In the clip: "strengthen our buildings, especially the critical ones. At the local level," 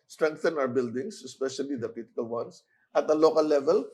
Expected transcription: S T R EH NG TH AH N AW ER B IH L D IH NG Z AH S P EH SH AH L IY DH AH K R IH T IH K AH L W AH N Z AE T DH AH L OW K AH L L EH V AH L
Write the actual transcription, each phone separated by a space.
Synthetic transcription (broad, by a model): S T R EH NG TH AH N AW ER B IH L D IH NG S AH S P EH SH AH L IY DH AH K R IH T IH K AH L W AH N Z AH T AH L OW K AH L L EH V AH L